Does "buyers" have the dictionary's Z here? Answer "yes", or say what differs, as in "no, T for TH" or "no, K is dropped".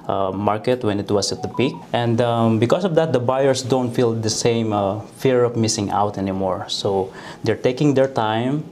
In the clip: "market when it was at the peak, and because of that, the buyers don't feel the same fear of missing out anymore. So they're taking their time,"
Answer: no, S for Z